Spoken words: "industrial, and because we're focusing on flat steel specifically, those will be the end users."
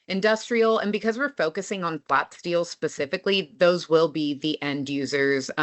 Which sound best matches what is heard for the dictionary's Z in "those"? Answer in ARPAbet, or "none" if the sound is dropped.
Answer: Z